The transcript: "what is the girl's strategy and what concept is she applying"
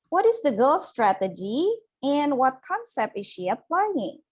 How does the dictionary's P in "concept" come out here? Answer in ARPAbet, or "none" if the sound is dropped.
P